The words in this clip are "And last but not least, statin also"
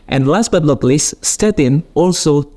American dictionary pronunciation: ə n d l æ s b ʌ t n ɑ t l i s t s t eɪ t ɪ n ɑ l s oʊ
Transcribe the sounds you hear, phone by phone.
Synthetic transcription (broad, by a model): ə n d l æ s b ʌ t l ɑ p l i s s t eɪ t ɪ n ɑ l s oʊ